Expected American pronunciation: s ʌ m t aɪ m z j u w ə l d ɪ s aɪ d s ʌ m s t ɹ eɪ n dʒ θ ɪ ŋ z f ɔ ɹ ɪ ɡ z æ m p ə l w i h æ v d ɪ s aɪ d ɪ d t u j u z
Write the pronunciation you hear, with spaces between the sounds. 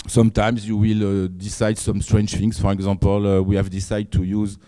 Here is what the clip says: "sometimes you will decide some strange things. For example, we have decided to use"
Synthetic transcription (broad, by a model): s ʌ m t aɪ m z j u w ə l d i s aɪ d s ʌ m s t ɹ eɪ n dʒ f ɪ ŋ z f ɔ ɹ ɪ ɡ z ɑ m p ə l w i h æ v d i s aɪ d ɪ d t u j u z